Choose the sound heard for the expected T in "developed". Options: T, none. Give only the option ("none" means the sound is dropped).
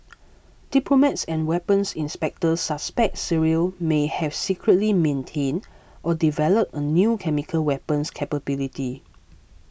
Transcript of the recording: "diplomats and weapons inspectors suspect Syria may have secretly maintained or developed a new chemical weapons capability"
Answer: none